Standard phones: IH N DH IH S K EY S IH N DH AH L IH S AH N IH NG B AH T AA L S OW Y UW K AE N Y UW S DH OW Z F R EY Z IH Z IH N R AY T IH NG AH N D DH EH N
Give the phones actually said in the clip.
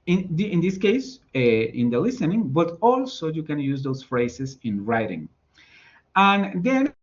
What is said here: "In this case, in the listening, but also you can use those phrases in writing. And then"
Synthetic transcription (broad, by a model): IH N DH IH S K EY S IH N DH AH L IH S AH N IH NG B AH T AA L S OW Y UW K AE N Y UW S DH OW S F R EY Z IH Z IH N R AY T IH NG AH N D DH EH N